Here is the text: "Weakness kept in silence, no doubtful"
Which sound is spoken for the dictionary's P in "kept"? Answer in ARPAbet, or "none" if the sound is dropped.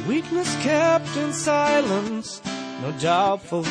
P